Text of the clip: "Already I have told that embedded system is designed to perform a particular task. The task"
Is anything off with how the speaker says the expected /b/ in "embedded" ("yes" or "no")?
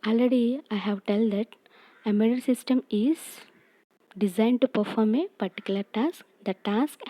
yes